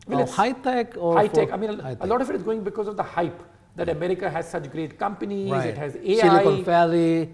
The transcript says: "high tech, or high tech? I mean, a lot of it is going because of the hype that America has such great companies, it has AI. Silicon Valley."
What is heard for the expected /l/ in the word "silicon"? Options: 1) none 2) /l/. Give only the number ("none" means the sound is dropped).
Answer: 1